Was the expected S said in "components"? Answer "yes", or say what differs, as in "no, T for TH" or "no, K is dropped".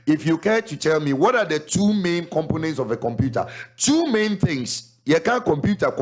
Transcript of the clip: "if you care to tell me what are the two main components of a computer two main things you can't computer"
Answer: yes